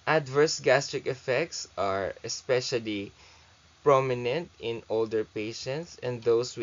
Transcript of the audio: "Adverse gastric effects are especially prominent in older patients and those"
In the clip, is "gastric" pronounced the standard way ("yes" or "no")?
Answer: yes